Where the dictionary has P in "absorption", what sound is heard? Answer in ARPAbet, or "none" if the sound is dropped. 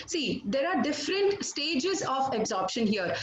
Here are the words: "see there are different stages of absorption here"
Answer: P